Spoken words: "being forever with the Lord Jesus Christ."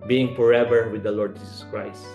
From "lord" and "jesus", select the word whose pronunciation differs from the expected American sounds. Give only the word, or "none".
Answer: jesus